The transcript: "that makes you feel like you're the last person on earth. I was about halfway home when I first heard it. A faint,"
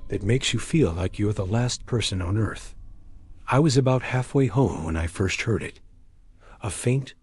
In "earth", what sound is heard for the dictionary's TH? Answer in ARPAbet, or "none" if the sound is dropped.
TH